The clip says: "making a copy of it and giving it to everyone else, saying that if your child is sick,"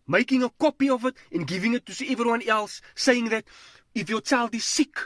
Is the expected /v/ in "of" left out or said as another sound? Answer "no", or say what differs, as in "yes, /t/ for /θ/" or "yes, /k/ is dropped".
no